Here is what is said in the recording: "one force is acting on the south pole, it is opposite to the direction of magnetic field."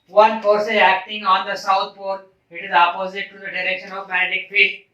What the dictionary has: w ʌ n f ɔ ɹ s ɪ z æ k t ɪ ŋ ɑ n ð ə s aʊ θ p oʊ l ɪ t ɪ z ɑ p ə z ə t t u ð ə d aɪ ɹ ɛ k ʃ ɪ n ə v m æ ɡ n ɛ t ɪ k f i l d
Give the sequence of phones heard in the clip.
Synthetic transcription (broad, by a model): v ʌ n p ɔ ɹ s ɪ æ k t ɪ ŋ ɑ n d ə s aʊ t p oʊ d ɪ t ɪ z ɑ p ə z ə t t u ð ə d aɪ ɹ ɛ k ʃ ɪ n ə v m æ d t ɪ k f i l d